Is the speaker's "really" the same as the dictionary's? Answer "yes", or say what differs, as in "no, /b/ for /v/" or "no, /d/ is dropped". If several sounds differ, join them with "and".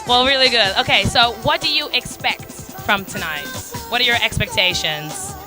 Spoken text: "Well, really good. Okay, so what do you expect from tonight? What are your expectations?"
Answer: yes